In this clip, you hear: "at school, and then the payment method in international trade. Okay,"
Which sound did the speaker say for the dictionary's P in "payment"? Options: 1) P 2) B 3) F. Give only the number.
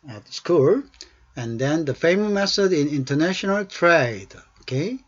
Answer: 3